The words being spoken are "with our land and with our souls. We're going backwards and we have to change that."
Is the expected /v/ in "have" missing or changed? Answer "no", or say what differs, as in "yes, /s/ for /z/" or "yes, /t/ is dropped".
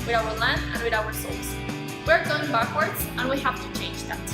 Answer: yes, /f/ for /v/